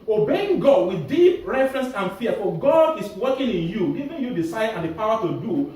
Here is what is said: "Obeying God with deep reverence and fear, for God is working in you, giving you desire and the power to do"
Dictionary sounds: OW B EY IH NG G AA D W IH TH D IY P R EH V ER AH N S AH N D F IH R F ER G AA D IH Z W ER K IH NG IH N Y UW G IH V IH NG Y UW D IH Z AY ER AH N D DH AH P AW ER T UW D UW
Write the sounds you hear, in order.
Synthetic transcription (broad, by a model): OW B EY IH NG G AA D W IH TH D IY P R EH F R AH N S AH N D F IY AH F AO G AA D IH S W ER K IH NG IH N Y UW G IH V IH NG Y UW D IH S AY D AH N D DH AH P AW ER T UW D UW